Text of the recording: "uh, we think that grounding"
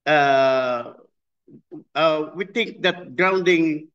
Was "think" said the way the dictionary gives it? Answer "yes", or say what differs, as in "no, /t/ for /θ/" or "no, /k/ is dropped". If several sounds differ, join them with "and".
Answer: no, /t/ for /θ/